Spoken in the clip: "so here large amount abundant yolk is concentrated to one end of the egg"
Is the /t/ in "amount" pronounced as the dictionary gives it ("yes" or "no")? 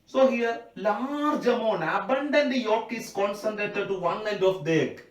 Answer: no